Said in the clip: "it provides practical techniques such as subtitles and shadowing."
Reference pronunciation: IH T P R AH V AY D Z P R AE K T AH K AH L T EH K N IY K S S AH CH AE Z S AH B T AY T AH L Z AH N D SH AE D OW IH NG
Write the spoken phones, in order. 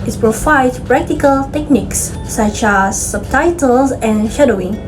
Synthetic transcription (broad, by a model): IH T P R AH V AY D P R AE K T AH K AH L T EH K N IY K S S AH CH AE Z S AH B T AY T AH L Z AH N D SH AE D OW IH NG